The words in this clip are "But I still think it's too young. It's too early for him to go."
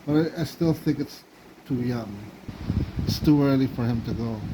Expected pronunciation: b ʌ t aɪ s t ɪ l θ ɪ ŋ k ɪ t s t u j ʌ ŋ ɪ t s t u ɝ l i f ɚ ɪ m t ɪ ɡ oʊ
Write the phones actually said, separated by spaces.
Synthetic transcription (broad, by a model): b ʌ t aɪ s t ɪ l θ ɪ ŋ k ɪ t s t u j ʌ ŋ ɪ t s t u ɝ l i f ɚ ɪ m t ɪ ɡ oʊ